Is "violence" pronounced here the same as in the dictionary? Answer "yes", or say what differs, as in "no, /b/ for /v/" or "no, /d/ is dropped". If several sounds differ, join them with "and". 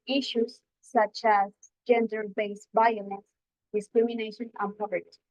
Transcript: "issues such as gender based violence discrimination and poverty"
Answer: no, /n/ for /l/